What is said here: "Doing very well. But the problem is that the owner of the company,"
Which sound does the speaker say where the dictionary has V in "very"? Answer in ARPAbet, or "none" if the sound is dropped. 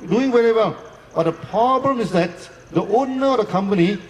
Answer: W